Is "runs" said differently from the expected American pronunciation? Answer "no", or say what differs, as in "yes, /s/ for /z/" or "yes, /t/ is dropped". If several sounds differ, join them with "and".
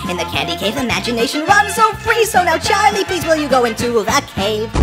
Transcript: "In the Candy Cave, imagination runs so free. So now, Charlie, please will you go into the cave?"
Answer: yes, /w/ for /ɹ/